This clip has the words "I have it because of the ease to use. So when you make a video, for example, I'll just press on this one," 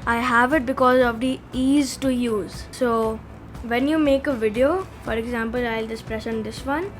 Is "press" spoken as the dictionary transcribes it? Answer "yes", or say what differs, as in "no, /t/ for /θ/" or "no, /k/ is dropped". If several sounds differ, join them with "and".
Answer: no, /ʃ/ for /s/